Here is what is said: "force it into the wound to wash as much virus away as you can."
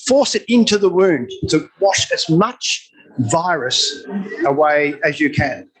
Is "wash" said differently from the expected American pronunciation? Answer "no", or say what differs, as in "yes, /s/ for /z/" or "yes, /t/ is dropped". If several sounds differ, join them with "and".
no